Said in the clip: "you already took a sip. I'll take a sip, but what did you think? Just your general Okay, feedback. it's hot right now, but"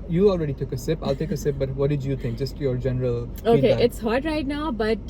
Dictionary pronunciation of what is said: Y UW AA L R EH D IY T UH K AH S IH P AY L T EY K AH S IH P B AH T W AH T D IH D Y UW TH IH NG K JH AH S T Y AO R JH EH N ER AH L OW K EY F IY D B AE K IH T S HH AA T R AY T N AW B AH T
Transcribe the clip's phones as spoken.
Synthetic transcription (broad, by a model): Y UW AA L R EH D IY T UH K AH S IH P AY L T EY K AH S IH P B AH T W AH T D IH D Y UW T IH NG K JH AH S T Y AO R JH EH N ER AH L OW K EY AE IH T S HH AA T R AY T N AW B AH T